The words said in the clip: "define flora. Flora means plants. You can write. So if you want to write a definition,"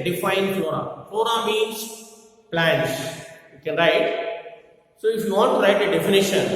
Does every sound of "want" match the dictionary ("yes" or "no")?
no